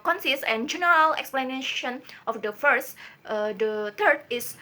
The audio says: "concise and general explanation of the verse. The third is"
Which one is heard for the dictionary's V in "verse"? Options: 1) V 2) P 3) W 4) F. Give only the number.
4